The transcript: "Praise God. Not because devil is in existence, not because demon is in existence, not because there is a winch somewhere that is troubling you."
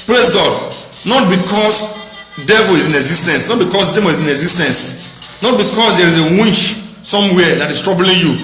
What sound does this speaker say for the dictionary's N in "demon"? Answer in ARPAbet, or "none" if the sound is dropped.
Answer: none